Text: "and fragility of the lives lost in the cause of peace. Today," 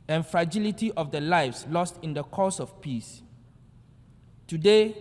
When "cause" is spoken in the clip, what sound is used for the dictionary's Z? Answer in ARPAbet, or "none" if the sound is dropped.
S